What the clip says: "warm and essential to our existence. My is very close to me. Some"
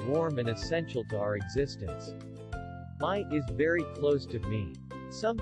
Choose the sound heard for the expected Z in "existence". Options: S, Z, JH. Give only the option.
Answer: Z